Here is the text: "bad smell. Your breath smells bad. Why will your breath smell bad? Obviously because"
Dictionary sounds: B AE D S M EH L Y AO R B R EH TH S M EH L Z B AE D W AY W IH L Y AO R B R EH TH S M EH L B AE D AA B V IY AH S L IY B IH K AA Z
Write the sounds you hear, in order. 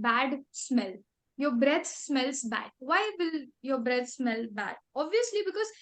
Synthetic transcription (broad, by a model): B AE D S M EH L Y AO R B R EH T S M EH L S B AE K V AY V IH L Y AO R B R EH T S M EH L B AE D AA B V IY AH S L IY B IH K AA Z